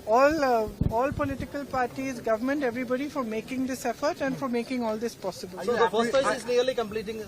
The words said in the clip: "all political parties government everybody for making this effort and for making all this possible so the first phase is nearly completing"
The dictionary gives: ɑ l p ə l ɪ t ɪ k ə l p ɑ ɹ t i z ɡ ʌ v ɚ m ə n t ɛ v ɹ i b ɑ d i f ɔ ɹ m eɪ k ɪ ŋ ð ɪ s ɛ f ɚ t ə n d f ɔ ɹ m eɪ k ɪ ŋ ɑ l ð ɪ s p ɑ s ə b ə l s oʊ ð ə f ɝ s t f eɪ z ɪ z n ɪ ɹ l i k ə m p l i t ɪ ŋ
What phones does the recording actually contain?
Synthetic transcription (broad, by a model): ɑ l p ə l ɪ t ɪ k ə l p ɑ ɹ t i z ɡ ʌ v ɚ m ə n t ɛ v ɹ i b ɑ d i f ɔ ɹ m eɪ k ɪ ŋ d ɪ s ɛ f ɚ t ə n d f ɔ ɹ m eɪ k ɪ ŋ ɑ l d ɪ s p ɑ s ə b ə l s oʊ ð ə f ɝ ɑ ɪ ɪ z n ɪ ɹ l i k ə m p l i t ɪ ŋ